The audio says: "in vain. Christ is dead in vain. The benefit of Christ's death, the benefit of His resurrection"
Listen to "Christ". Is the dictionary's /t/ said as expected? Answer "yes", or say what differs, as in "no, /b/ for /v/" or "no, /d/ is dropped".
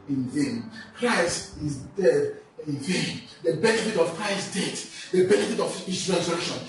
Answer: yes